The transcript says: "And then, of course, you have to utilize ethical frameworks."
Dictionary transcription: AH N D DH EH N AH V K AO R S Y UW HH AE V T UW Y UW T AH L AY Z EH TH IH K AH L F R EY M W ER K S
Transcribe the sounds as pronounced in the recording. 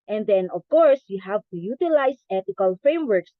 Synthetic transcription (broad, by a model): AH N D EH N AH V K AO R S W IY HH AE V T UW Y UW T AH L AY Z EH T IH K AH L F R EY M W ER K S